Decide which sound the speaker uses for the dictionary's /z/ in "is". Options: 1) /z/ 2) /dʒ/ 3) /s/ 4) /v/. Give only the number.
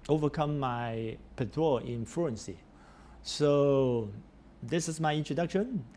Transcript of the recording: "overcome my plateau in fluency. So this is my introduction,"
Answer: 3